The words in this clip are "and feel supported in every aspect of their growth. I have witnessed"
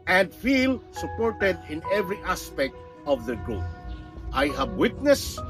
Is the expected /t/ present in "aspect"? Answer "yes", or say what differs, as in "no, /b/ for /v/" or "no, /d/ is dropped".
yes